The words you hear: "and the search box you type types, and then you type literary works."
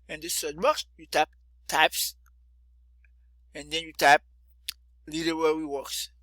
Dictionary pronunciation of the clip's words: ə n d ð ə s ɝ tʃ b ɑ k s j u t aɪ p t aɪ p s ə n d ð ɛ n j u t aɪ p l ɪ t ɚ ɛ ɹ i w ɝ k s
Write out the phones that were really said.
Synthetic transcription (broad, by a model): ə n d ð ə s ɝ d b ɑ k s j u t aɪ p t aɪ p s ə n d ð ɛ n j u t aɪ p l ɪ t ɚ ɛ w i w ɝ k s